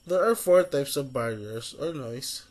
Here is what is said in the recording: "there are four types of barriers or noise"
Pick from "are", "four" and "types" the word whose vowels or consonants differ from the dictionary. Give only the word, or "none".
none